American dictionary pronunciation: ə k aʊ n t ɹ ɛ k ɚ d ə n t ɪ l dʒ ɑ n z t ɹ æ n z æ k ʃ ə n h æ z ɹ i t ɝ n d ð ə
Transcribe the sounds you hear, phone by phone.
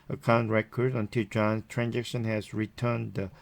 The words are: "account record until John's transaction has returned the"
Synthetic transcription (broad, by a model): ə k aʊ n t ɹ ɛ k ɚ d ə n t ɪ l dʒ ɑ n t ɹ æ n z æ k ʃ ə n h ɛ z ɹ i t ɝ n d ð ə